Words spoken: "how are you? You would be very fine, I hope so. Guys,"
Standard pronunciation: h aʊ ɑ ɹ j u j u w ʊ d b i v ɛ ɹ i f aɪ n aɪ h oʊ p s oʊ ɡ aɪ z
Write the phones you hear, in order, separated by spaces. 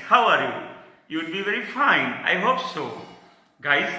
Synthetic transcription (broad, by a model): h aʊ ɑ ɹ j u j u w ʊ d b i v ɛ ɹ i f aɪ n aɪ h oʊ p s oʊ ɡ aɪ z